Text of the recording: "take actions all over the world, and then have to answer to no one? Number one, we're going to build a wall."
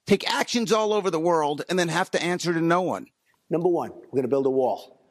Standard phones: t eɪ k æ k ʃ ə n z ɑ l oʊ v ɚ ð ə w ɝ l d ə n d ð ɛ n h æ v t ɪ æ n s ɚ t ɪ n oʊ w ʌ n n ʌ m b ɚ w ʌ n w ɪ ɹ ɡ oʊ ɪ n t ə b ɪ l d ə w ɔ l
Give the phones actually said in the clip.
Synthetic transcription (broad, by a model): t eɪ k æ k ʃ ə n z ɑ l oʊ v ɚ ð ə w ɝ l d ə n ð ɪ n h æ f t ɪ æ n s ɚ t ɪ n oʊ w ʌ n n ʌ m b ɚ w ʌ n w ɪ ɹ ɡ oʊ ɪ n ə b ɪ l d ə w ɔ l